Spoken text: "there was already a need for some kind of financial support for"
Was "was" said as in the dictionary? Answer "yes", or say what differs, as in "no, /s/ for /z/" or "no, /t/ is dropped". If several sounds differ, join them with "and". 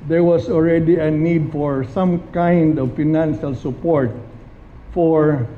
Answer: no, /s/ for /z/